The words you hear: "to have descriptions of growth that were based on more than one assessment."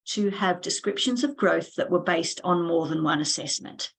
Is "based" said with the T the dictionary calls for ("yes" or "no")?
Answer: yes